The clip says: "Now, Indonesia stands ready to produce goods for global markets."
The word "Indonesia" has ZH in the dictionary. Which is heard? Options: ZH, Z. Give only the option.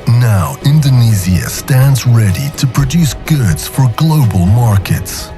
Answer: Z